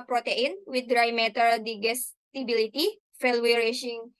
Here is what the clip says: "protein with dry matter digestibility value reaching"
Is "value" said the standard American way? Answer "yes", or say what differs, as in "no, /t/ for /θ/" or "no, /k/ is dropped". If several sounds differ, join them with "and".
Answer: no, /f/ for /v/